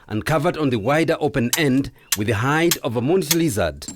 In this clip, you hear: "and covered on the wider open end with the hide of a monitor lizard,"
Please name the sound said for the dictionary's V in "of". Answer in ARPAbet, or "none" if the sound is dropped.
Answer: V